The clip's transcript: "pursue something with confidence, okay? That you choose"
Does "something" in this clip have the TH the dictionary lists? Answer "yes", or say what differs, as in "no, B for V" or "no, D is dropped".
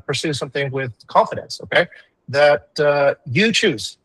yes